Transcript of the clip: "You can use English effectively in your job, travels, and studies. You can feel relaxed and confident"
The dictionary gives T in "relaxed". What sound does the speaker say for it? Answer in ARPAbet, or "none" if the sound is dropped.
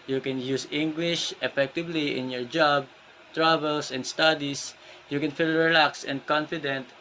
none